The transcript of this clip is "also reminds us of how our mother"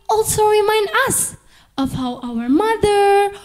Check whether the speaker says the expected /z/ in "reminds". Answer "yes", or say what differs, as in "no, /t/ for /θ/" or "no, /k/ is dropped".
no, /z/ is dropped